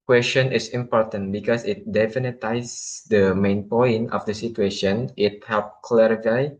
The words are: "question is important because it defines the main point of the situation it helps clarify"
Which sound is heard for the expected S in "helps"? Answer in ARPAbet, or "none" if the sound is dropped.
none